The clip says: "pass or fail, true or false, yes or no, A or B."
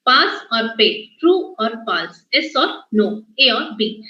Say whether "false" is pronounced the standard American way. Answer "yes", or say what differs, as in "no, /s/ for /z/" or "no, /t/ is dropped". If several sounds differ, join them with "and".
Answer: no, /p/ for /f/